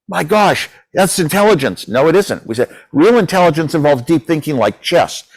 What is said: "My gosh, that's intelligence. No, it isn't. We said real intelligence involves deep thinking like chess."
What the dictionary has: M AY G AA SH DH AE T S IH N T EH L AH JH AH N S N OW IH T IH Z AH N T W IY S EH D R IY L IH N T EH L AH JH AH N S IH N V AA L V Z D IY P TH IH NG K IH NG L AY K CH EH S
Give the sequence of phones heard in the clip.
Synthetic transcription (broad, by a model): M AY G AA SH DH AE T S IH N T EH L AH JH AH N S N OW IH T IH Z AH N T W IY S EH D R IY L IH N T EH L AH JH AH N S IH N V AA L V D IY P TH IH NG K IH NG L AY K CH EH S